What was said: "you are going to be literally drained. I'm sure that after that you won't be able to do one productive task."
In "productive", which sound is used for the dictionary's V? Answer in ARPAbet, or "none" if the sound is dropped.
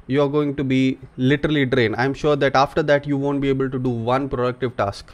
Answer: V